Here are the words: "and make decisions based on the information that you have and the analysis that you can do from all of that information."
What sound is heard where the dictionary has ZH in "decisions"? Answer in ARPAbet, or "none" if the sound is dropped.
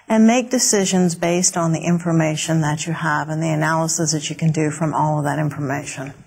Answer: ZH